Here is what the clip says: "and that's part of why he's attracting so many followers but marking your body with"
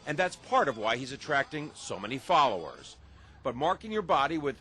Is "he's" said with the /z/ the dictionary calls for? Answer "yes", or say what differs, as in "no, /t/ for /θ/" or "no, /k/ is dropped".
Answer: yes